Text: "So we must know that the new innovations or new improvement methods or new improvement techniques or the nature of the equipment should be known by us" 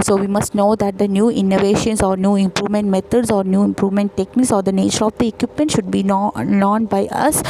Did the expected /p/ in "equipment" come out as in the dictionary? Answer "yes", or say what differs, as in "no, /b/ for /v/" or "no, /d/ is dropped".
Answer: yes